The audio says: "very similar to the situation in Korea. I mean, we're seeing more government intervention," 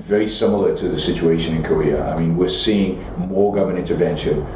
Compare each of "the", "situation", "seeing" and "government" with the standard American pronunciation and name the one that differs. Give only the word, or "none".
government